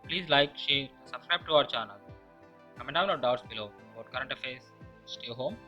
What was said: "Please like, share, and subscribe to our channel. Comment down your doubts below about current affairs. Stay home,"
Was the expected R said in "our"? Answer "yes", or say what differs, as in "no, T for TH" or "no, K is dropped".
yes